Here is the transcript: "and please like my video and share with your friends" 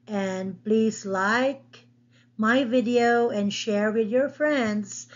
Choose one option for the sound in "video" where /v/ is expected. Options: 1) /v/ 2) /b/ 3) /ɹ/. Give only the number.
1